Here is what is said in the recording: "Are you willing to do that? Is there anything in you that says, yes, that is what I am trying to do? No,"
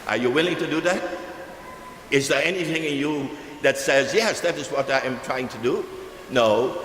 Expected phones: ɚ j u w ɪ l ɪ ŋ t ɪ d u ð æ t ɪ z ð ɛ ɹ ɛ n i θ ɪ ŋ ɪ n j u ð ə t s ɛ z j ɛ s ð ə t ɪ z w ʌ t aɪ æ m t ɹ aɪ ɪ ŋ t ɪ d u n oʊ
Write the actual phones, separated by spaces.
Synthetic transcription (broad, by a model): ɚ j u w ɪ l ɪ ŋ t ɪ d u ð æ t ɪ z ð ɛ ɹ ɛ n i θ ɪ ŋ ɪ n j u ð ə t s ɛ z j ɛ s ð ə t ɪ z w ʌ t aɪ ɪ m t ɹ aɪ ɪ ŋ t ɪ d u n oʊ